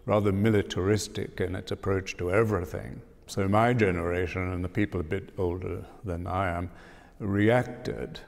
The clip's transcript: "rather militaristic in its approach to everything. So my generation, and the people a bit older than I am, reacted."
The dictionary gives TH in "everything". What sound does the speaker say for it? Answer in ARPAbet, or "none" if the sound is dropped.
TH